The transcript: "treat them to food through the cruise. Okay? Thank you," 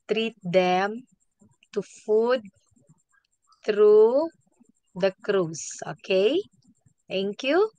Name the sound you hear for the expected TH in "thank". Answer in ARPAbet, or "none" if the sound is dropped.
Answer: T